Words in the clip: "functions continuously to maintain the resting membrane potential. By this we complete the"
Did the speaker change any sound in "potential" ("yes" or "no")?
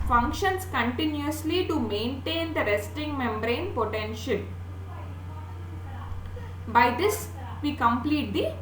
no